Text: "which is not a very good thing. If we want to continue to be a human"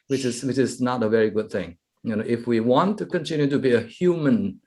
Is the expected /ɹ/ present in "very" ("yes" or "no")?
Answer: yes